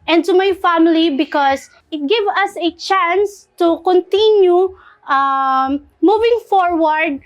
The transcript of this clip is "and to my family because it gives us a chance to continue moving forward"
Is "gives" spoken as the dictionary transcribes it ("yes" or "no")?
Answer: no